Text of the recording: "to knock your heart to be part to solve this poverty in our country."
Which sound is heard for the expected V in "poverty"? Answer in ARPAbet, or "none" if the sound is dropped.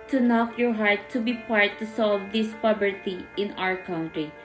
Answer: B